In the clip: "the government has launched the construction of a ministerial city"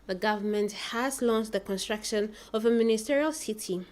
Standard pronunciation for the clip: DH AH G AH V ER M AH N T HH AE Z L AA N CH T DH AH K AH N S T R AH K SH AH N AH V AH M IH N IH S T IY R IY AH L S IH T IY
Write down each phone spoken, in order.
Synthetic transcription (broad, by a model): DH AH G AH V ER M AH N T HH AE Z L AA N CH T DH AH K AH N S T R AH K SH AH N AH V AH M IH N IH S T IY R IY AH L S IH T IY